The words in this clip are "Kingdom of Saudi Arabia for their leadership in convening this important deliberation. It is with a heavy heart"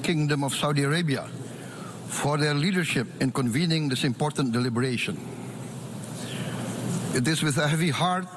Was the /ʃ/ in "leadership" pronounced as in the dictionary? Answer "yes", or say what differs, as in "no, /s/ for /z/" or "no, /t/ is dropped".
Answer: yes